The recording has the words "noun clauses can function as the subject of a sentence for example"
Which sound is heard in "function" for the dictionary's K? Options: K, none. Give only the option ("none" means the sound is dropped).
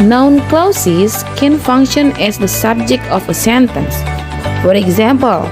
K